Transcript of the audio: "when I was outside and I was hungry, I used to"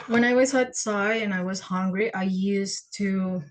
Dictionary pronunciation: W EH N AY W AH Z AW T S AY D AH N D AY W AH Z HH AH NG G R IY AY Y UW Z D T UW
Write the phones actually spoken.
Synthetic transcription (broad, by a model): W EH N AY W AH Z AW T S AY AH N AY W AH Z HH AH NG G R IY AY Y UW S T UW